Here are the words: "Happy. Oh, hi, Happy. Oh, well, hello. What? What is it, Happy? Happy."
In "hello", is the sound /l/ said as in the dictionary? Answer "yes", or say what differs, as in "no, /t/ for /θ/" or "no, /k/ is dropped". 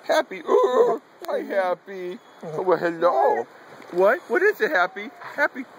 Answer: yes